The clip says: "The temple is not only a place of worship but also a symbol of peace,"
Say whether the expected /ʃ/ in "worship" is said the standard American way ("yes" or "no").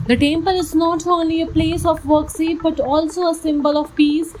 no